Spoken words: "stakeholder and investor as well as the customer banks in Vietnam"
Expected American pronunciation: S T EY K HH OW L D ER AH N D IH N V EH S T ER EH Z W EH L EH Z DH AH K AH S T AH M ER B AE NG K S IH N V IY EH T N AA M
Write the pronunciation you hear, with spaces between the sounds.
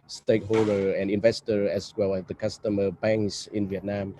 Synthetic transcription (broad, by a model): S T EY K HH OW L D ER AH N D IH N V EH S T ER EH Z W EH L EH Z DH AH K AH S T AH M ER B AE NG K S IH N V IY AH T N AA M